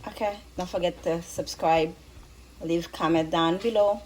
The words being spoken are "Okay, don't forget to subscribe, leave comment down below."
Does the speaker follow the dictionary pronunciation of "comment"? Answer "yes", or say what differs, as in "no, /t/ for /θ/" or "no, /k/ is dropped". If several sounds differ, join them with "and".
no, /n/ is dropped